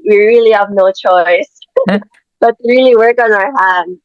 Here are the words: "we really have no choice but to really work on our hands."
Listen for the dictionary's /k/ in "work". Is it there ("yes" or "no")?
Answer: yes